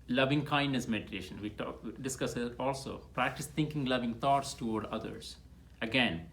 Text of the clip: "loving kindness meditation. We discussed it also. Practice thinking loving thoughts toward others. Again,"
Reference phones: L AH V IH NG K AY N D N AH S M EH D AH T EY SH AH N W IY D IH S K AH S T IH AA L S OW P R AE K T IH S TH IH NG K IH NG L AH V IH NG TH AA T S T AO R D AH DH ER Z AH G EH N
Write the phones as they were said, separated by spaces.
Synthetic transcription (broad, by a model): L AH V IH NG K AY N D N AH S M EH D AH T EY SH AH N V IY D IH S K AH S IH AA L S OW P R AE K T IH S T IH NG K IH NG L AH V IH NG T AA T S T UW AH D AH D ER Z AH G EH N